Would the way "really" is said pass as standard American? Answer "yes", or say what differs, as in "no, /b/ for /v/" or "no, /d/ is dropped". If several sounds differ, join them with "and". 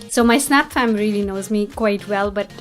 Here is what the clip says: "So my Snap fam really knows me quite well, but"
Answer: yes